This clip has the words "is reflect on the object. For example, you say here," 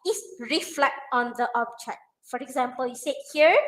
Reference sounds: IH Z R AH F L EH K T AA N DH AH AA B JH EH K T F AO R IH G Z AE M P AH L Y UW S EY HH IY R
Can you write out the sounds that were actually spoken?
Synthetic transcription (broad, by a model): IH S R AH F L EH K T AA N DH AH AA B CH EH T F AO R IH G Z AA M P AH L Y UW S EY HH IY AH